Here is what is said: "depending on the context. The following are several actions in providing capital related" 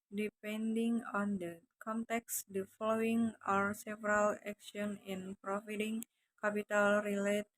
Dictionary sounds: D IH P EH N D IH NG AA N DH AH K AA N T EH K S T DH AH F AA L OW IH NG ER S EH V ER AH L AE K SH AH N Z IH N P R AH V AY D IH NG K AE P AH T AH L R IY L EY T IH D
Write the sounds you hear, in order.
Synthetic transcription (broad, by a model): D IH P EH N D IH NG AA N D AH K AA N T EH K S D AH F AA L OW IH NG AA S EH V ER AH L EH K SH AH N IH N P R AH F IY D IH NG K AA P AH T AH L R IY L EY T